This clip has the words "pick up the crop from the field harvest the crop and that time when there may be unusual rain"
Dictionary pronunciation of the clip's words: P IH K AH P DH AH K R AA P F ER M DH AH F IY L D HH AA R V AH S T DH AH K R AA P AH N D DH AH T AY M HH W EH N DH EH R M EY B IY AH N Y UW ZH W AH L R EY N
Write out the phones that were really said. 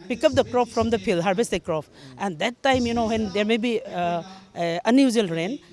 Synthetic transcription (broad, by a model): P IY K AH P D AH K R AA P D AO M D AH P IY L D HH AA R B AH S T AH K R AA P AH N D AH T AY M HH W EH N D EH R M EY B IY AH N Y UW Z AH L R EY N